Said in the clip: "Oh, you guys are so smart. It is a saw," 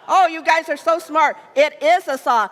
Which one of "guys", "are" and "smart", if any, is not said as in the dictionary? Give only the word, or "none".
none